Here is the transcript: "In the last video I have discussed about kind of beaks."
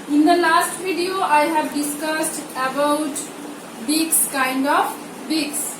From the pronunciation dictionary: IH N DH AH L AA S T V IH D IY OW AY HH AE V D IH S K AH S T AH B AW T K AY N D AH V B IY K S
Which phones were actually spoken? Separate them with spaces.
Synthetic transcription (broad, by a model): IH N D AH L AA S T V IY D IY OW AY HH AE V D IH S K AH S T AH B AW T K AY N D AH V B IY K S